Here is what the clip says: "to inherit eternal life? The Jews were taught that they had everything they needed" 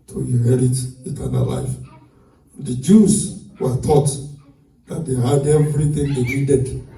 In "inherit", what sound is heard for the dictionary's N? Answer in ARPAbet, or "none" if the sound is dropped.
none